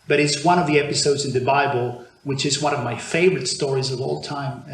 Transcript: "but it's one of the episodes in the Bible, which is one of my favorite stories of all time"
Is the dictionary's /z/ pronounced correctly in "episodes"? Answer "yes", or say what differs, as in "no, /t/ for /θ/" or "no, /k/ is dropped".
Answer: yes